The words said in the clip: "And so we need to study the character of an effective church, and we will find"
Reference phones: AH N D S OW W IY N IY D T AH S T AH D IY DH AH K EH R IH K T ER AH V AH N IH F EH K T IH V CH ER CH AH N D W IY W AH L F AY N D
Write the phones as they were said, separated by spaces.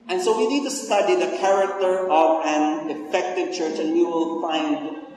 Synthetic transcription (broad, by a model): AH N S OW W IY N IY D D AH S S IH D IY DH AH K EH R IH K T ER AH V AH N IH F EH K T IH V CH ER CH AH N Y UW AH L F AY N